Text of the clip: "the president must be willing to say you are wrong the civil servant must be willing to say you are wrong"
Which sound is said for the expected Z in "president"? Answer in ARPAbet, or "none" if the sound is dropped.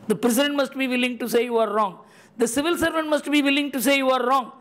S